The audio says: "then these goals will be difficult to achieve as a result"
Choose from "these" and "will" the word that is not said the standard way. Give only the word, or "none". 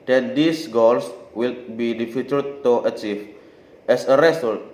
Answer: these